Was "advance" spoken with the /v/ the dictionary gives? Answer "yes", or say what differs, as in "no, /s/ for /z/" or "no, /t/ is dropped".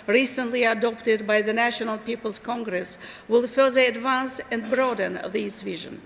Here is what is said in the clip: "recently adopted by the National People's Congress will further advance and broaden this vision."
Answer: yes